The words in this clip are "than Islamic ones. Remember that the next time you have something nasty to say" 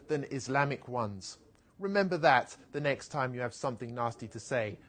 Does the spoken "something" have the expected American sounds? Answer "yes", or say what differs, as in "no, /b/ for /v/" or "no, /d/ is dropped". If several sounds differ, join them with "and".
yes